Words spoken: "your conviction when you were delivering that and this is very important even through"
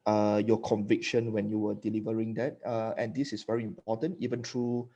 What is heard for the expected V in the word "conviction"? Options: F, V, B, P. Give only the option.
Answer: V